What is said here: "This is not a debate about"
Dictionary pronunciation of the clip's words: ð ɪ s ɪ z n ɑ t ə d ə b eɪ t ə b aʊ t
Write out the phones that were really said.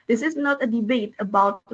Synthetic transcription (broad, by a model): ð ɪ s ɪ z n ɑ t ə d ə b eɪ t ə b aʊ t